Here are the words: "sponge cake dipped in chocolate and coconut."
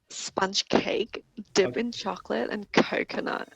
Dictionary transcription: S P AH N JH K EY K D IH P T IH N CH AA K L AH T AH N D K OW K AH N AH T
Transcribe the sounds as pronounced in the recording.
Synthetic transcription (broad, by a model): S P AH N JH K EY K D IH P IH N CH AA K L AH T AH N K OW K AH N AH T